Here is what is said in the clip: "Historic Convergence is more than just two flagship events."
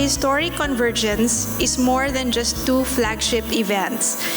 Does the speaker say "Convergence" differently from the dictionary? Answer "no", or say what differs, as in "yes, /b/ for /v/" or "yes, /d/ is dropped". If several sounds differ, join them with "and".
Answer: no